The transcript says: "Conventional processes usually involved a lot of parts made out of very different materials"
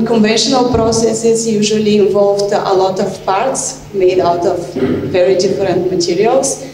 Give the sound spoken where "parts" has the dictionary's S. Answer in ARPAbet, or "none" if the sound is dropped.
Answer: S